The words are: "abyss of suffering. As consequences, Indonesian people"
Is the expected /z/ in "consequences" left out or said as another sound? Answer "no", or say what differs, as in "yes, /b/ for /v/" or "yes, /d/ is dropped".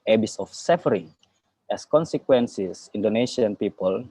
yes, /s/ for /z/